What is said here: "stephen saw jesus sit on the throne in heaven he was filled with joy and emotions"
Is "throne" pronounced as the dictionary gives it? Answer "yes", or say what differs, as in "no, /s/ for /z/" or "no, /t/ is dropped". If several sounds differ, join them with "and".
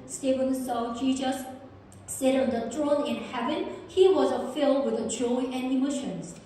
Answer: no, /t/ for /θ/